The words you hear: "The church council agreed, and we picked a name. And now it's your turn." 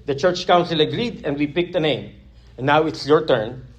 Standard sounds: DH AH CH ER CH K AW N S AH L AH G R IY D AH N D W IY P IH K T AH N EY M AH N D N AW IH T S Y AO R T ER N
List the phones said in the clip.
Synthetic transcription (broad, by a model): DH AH CH ER CH K AW N S AH L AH G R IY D AH N D W IY P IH K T AH N EY AH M N AW IH T S Y AO R T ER N